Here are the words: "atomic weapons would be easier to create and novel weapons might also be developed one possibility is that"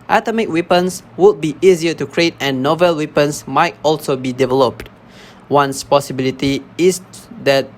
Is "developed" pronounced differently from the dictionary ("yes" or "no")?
no